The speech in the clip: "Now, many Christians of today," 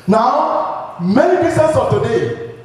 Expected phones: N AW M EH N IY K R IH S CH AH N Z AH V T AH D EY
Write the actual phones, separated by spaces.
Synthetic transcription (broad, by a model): N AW M EH N IY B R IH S AH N S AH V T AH D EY